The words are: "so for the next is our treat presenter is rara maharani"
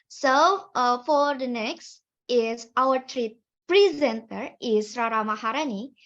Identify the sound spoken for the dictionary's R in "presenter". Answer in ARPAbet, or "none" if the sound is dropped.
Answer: R